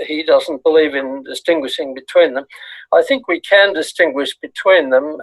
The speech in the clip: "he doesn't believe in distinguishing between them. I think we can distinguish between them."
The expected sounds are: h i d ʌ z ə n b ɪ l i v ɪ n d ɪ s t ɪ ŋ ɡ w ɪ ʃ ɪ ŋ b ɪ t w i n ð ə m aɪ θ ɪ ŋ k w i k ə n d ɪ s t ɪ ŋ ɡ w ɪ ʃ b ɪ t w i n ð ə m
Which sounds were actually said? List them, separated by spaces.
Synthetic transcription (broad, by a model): h i d ʌ z n b ɪ l i v ɪ n d ɪ s t ɪ ŋ ɡ w ɪ ʃ ɪ ŋ b ɪ t w i n ð ə m aɪ θ ɪ ŋ k w i k ə n d ɪ s t ɪ ŋ ɡ w ɪ ʃ b ɪ t w i n ð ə m